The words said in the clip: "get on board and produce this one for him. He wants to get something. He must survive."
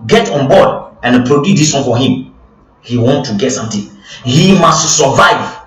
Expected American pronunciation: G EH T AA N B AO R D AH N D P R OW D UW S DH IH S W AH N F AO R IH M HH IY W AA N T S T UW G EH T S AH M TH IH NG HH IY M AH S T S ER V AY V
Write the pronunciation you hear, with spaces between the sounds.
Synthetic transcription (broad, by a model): G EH T AA N B AO D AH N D P R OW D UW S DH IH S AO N F AO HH IH M HH IY W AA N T T UW G EH T S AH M T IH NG HH IY M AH S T S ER V AY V